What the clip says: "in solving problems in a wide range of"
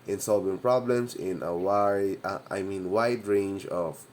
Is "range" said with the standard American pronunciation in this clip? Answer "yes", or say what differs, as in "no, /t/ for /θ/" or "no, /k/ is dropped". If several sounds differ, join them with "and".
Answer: yes